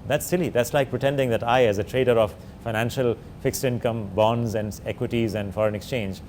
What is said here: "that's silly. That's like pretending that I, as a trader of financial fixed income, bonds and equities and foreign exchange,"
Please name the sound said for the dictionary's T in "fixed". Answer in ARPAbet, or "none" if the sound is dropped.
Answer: T